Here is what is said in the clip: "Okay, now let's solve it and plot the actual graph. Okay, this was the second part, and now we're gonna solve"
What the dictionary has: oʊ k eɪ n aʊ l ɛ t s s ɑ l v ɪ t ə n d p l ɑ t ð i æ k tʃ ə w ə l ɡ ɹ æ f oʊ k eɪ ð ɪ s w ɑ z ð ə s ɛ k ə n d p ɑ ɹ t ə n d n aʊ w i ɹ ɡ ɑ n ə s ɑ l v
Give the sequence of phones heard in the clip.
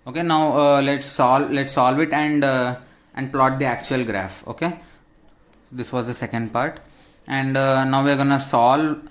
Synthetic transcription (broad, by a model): oʊ k eɪ n aʊ l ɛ t s s ɑ l v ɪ t ə n d p l ɑ t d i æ k tʃ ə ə l ɡ ɹ æ f oʊ k eɪ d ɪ s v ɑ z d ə s ɛ k ə n d p ɑ ɹ t ə n d n aʊ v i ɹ ɡ ɑ n ə s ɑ l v